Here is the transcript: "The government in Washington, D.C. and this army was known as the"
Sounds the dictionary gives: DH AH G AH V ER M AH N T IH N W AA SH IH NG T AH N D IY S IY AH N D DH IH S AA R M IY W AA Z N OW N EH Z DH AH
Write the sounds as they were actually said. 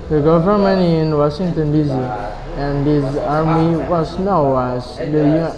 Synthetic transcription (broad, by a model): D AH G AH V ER M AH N IH N W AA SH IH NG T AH N D IY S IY AH N D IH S AA R M IY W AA S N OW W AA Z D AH